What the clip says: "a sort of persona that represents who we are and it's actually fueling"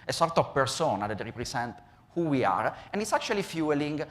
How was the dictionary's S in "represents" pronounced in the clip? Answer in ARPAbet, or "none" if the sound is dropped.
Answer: none